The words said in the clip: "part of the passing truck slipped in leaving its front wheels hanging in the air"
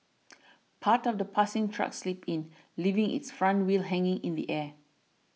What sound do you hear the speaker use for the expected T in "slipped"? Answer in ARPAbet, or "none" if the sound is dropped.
none